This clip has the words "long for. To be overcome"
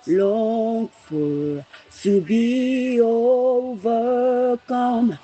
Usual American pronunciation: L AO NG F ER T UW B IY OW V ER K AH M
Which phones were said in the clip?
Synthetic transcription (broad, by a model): L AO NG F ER S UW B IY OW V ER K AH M